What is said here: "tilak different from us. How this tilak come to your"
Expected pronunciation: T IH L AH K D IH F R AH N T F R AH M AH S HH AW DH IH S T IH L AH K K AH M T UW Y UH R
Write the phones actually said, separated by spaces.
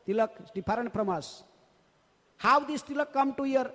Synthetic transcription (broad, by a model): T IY L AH K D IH P R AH N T P R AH M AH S HH AW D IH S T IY L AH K K AH M T UW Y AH R